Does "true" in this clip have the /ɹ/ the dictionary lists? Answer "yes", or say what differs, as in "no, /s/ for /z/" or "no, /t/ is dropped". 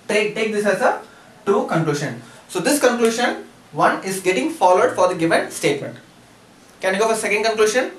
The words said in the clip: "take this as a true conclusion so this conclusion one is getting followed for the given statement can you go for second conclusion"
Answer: no, /ɹ/ is dropped